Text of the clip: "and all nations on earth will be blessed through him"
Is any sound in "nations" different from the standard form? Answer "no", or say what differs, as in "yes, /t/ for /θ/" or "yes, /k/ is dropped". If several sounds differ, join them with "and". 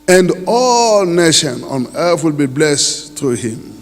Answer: yes, /z/ is dropped